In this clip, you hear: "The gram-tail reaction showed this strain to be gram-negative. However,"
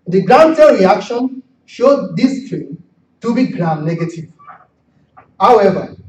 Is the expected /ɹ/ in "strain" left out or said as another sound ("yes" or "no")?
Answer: yes